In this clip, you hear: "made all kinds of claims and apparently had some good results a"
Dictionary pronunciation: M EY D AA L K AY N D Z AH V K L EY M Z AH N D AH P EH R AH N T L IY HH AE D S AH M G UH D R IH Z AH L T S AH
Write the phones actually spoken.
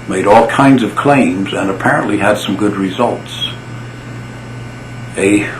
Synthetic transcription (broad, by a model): M EY D AA L K AY N D Z AH V K L EY M Z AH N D AH P EH R AH N T L IY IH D S AH M G UH D R IH Z AH L T S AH